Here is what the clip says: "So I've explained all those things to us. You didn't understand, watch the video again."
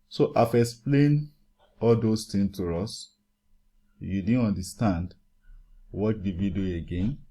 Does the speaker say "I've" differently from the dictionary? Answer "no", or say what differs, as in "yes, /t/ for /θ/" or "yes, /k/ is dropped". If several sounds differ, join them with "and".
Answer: yes, /f/ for /v/